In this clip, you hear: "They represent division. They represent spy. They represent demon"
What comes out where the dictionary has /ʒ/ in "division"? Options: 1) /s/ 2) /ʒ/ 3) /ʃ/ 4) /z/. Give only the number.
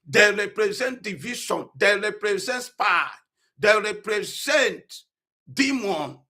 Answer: 3